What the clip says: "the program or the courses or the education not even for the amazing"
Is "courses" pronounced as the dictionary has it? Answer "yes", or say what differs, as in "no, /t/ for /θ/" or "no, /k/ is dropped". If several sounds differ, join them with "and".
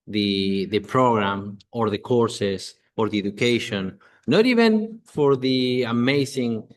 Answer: no, /s/ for /z/